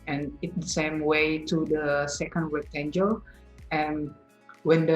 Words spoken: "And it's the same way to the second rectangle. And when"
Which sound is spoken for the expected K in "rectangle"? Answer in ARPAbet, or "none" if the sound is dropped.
none